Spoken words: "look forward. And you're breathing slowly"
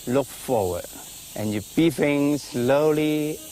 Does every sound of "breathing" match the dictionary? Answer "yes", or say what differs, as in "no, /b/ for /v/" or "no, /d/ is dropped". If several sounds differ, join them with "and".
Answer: no, /ɹ/ is dropped